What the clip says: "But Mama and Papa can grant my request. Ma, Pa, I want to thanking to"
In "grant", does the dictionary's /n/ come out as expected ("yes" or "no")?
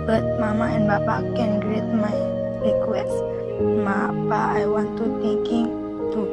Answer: no